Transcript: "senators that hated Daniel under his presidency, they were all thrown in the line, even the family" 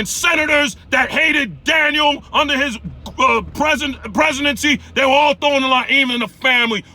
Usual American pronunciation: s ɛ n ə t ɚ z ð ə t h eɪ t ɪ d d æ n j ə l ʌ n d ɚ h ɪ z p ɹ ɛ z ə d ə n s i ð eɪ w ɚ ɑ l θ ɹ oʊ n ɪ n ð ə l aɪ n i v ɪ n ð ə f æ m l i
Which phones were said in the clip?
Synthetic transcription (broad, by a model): s ɛ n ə t ɚ z ð ə t h eɪ t ɪ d d æ n j l ʌ n d ɚ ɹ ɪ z p ɹ ɛ z ə d ə n s i ð eɪ w ɚ ɑ l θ oʊ ɪ n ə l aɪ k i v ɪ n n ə f æ m l i